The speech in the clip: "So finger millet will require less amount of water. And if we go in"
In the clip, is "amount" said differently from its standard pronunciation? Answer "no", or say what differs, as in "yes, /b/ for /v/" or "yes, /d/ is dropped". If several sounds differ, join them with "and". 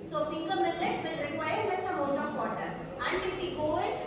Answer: yes, /t/ is dropped